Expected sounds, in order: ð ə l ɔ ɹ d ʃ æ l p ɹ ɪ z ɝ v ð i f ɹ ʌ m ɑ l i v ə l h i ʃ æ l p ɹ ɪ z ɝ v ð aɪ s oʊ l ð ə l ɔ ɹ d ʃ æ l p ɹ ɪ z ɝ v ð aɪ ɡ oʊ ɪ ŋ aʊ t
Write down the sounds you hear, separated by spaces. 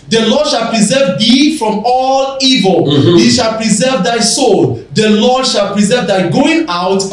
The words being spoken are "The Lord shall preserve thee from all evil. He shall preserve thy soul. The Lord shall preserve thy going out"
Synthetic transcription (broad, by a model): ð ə l ɔ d ʃ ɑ l p ɹ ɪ z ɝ v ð i f ɹ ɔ m ɑ l i v ə l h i ʃ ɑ l p ɹ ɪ z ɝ v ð aɪ s oʊ l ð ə l ɔ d ʃ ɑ l p ɹ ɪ z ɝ v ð aɪ ɡ oʊ ɪ ŋ aʊ t